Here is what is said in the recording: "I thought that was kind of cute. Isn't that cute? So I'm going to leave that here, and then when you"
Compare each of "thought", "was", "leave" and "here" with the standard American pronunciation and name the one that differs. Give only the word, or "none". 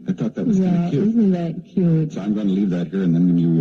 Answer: none